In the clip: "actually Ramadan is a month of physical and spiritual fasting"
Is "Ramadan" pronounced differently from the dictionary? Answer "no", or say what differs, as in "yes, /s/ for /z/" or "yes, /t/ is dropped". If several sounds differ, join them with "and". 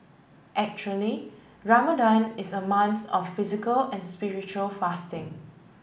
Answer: no